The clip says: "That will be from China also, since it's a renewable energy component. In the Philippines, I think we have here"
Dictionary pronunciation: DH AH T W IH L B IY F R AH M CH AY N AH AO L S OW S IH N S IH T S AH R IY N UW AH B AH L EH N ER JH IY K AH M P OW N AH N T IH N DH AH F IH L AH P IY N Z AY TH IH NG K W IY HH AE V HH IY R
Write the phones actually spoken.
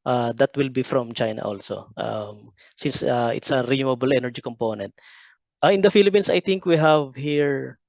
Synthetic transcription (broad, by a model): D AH T W IH L B IY F R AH M CH AY N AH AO L S OW S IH N S IH T S AH R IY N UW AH B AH L EH N ER JH IY K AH M P OW N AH N T IH N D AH F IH L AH P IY N S AY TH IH NG K W IY HH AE V HH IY R